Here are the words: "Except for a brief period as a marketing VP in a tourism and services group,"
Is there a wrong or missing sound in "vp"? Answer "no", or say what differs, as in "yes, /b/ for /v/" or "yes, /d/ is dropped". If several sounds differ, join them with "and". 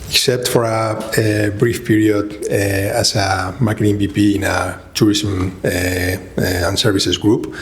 yes, /b/ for /v/